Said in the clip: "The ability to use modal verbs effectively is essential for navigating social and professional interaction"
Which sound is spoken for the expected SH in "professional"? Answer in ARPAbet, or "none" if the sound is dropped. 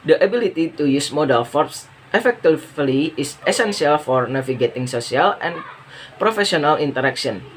S